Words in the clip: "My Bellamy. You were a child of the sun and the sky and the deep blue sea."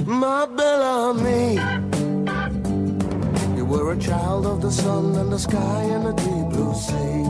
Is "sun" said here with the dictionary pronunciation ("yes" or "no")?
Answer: yes